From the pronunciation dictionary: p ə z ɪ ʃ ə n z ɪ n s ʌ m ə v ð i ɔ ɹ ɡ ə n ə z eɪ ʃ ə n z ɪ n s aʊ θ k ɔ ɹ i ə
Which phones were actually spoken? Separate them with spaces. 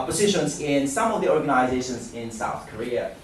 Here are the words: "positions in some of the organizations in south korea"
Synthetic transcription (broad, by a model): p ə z ɪ ʃ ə n z ɪ n s ʌ m ə v ð i ɔ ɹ ɡ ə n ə z eɪ ʃ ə n z ɪ n s aʊ θ k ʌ ɹ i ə